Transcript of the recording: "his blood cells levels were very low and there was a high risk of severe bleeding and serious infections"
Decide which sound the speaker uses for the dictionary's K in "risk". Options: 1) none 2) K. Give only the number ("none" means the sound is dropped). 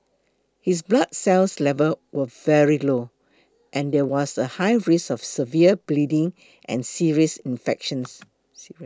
1